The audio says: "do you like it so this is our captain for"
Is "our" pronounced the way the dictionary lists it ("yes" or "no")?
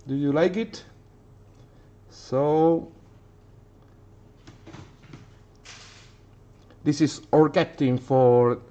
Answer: yes